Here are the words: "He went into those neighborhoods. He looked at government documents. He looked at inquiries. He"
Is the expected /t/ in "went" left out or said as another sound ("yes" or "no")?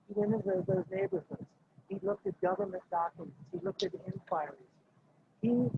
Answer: yes